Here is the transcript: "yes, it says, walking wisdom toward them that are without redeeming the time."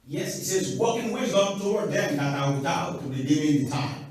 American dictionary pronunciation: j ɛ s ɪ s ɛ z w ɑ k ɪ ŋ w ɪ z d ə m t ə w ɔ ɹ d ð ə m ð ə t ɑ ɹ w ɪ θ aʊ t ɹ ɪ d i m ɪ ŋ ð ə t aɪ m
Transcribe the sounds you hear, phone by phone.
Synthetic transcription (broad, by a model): j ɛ s ɪ s ɛ z w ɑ k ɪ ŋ w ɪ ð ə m t ə w ɔ ɹ d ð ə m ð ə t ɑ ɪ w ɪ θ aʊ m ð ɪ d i ɪ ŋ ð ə t aɪ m